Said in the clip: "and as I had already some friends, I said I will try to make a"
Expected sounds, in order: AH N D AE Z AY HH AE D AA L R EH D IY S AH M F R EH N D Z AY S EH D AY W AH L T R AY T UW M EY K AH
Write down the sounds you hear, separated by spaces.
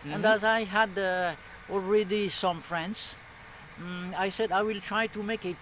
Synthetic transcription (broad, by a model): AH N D AE Z AY HH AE D AA L R EH D IY S AH M F R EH N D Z AY S EH D AY W AH L T R AY T UW M EY K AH